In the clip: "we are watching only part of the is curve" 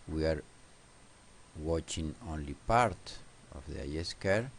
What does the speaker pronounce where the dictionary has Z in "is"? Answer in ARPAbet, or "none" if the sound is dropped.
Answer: S